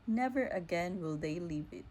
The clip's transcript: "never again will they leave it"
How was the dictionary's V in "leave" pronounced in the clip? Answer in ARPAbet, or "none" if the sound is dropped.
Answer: V